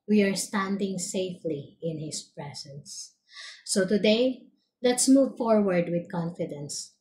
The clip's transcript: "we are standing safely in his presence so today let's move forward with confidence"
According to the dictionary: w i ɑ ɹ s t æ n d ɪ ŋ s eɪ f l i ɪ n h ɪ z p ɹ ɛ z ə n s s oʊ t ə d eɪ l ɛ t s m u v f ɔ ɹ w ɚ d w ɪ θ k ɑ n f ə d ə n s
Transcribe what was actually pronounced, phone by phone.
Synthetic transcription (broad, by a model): w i ɑ ɹ s t æ n d ɪ ŋ s eɪ f l i ɪ n h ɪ s p ɹ ɛ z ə n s s oʊ t ə d eɪ l ɛ t s m u v f ɔ ɹ w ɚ d w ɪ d k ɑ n f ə d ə n s